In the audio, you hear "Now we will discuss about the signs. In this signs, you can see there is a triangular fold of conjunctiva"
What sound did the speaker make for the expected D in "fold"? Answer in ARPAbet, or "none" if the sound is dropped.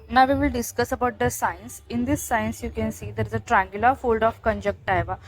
D